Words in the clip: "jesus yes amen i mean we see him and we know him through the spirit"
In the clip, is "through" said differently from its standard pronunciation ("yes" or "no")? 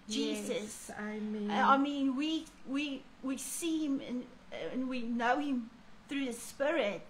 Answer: no